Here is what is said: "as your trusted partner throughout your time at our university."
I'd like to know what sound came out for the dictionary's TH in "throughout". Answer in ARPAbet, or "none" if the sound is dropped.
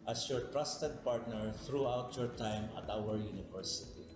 T